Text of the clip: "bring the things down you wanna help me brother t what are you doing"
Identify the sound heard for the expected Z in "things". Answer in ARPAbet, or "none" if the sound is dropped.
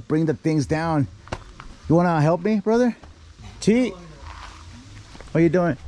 Z